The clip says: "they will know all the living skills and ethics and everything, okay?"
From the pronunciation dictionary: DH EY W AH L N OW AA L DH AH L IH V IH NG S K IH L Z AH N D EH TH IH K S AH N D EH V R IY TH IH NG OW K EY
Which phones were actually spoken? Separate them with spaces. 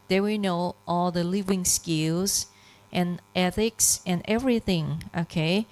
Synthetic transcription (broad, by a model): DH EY W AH N OW AA L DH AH L IH V IH NG S K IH L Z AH N EH TH IH K S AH N EH V R IY TH IH NG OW K EY